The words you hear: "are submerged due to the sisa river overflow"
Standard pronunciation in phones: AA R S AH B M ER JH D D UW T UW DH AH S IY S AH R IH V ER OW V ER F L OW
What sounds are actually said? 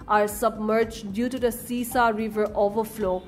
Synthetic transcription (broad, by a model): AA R S AH B M ER JH D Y UW T UW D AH S IY S AH R IH V ER OW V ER F L OW